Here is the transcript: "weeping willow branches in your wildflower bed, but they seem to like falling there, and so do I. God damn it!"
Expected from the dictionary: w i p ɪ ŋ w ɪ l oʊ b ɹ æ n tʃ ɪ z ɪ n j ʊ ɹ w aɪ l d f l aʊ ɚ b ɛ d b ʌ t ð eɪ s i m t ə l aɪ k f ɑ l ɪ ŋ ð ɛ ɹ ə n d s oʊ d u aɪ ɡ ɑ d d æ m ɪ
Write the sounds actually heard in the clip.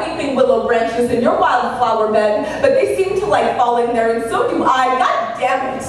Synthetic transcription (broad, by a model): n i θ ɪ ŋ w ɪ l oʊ b ɹ æ n tʃ ɪ z ɪ n j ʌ ɹ w aɪ l d f l aʊ ɚ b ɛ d b ʌ t ð eɪ s i m t ə l aɪ k f ɑ l ɪ ŋ ð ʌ ɹ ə n s oʊ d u aɪ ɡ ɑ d d æ m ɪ